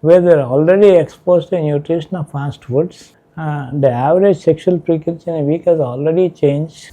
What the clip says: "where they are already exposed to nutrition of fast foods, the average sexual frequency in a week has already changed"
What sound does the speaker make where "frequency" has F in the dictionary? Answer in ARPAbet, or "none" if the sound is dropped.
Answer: P